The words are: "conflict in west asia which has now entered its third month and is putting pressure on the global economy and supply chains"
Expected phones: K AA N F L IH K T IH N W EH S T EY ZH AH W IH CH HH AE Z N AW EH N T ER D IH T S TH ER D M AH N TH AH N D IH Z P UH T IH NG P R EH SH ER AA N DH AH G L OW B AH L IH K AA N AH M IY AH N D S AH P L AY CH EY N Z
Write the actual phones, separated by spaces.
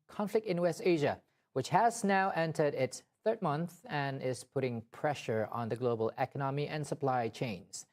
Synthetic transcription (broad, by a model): K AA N F L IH K T IH N W EH S T EY ZH AH W IH CH HH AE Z N AW EH N T ER D IH T S TH ER D M AH N TH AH N IH Z P UH T IH NG P R EH SH ER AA N DH AH G L OW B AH L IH K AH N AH M IY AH N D S AH P L AY CH EY N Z